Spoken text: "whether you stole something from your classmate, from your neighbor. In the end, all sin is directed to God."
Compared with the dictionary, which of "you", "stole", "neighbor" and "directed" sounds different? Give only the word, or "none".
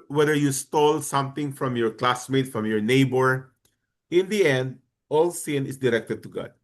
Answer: none